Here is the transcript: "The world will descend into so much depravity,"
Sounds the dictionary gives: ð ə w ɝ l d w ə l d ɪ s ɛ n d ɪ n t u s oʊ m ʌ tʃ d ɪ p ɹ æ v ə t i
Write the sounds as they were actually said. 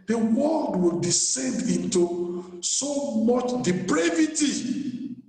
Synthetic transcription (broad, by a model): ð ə w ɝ l d w ə l d ɪ s ɛ n d ɪ n t u s oʊ m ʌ tʃ d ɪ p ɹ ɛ v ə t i